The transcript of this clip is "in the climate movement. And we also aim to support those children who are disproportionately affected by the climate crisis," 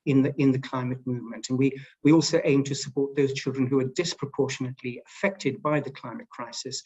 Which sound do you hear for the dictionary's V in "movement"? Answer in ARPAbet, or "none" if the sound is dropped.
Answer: V